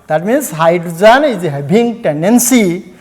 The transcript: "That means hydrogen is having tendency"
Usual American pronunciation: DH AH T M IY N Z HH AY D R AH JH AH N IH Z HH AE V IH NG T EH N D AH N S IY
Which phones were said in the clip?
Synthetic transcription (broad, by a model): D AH T M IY N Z HH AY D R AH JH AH N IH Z HH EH B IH NG T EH N D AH N S IY